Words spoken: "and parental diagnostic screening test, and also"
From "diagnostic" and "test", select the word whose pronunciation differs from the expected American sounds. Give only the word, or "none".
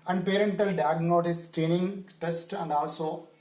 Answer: diagnostic